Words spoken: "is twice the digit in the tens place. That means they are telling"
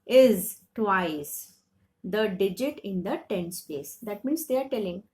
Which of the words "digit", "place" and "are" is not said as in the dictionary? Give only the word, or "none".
place